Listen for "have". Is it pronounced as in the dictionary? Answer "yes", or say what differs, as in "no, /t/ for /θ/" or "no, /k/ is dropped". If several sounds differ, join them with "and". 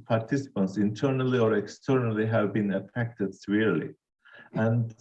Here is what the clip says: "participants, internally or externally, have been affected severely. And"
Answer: yes